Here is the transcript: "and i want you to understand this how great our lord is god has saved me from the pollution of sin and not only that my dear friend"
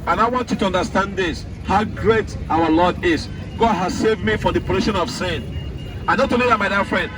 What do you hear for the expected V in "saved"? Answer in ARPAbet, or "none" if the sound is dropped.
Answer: V